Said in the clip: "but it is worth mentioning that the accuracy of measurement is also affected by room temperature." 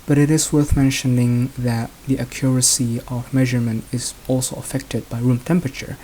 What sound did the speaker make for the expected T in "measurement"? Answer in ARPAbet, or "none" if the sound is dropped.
T